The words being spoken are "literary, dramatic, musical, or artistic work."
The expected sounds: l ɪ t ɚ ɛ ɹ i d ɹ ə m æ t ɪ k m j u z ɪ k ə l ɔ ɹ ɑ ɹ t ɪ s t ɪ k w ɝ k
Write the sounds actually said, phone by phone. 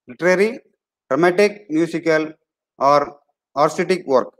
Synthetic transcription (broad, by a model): l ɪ t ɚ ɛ ɹ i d ɹ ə m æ t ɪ k m j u s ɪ k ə l ɔ ɹ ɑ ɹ s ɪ t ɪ k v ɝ k